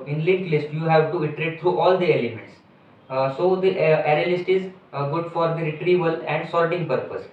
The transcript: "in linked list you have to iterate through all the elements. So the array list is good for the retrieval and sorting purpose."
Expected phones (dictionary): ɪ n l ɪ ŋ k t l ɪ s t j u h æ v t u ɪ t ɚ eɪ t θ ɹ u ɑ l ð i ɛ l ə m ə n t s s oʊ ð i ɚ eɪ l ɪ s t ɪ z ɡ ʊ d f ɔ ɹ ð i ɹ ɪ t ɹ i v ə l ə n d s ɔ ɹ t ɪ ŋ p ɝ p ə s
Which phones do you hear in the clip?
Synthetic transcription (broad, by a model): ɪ n l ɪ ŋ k l ɪ s t j u h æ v t u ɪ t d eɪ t t ɹ u ɑ l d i ɛ l ə m ə n t s s oʊ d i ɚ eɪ l ɪ s t ɪ z ɡ ʊ d f ɔ ɹ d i ɹ ɪ t ɹ i v ə l ə n d s ɔ l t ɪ ŋ p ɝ p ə s